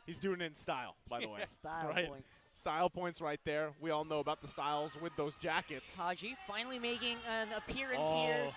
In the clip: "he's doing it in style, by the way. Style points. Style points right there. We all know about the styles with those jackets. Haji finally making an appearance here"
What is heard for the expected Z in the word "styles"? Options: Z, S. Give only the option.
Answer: Z